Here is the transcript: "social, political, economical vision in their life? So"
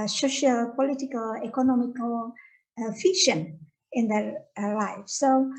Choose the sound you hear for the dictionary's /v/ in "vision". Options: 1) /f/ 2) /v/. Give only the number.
1